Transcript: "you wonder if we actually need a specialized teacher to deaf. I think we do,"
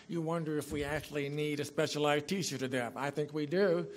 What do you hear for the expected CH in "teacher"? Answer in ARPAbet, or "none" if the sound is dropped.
SH